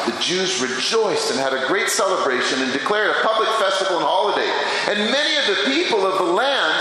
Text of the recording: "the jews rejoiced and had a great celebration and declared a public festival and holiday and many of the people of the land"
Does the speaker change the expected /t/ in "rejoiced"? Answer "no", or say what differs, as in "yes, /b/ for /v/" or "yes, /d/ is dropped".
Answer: no